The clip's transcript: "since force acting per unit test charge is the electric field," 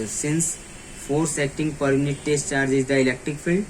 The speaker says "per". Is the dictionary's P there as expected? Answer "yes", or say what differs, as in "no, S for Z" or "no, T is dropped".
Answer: yes